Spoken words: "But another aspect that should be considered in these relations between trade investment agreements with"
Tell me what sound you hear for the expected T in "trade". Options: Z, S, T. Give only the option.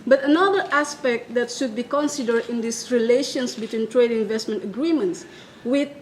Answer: T